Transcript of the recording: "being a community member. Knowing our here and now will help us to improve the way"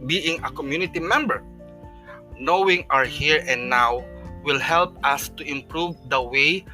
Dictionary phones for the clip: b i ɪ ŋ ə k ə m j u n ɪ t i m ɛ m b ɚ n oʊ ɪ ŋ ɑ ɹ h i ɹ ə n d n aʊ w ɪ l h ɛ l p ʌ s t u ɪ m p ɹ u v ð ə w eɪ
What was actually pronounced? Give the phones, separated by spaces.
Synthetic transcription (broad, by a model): b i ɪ ŋ ə k ə m j u n ɪ t i m ɛ m b ɚ n oʊ ɪ ŋ ɑ ɹ h i ɹ ə n d n aʊ w ɪ l h ɛ l p ʌ s t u ɪ m p ɹ u v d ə w eɪ